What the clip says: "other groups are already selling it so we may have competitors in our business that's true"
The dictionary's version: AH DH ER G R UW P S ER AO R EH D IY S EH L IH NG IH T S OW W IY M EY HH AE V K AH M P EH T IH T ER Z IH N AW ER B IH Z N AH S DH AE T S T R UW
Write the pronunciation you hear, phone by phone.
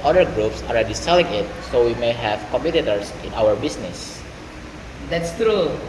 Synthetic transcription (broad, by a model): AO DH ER G R UW P S AO R EH D IY S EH L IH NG IH T S OW W IY M EY HH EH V K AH M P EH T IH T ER S IH N AW ER B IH S N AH S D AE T S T R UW